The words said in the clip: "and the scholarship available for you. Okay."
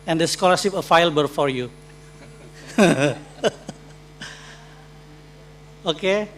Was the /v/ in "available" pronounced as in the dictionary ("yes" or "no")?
no